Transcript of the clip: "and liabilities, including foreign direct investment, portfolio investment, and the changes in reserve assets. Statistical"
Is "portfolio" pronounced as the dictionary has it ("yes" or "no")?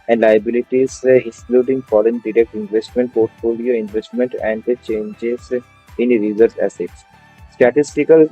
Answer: yes